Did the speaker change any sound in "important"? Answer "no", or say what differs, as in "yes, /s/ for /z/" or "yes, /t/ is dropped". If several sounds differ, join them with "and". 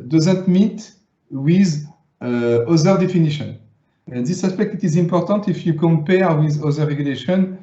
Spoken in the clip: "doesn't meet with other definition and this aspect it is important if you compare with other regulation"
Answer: no